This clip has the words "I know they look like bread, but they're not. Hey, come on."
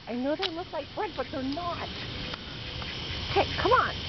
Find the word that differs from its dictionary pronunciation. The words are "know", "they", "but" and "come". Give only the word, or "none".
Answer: none